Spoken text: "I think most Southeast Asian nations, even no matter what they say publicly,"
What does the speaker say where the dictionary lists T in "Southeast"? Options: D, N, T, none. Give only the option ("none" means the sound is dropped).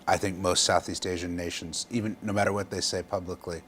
T